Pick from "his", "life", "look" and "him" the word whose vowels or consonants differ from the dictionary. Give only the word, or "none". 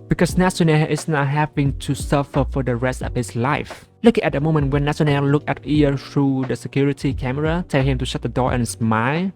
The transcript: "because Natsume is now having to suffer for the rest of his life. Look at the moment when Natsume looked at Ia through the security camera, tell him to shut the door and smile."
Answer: his